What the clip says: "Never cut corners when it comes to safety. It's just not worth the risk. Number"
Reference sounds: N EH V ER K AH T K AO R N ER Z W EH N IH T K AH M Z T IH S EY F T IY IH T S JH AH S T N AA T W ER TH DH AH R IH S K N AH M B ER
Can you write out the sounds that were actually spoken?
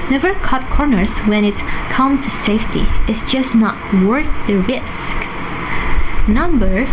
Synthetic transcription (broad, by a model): N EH V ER K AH T K AO R N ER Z W EH N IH T K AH M T IH S EY F T IY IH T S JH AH S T N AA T W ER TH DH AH R IH S K N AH M B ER